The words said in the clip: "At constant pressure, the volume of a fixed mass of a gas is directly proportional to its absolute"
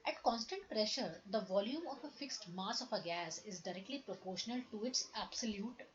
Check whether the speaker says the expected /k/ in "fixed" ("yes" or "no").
yes